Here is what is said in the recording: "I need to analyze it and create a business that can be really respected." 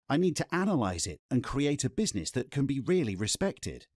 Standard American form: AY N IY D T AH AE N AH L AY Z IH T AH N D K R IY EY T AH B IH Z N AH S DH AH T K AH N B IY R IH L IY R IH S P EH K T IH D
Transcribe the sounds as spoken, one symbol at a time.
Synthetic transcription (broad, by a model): AY N IY D T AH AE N AH L AY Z IH T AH N K R IY EY T AH B IH Z N AH S DH AH T K AH N B IY R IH L IY R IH S P EH K T IH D